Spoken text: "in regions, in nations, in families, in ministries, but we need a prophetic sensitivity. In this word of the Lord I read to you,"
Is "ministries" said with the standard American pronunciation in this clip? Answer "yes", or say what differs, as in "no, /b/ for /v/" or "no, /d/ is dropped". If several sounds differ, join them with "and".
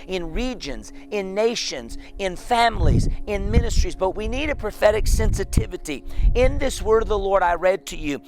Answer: yes